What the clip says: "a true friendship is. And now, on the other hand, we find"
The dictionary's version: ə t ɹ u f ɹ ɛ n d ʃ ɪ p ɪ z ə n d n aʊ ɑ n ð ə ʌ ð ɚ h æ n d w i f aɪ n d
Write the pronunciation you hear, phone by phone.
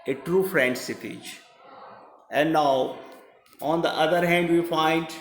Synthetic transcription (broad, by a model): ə t ɹ u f ɹ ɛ n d s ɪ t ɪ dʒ ə n d n aʊ ɑ n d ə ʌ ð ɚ h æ n d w i f aɪ n d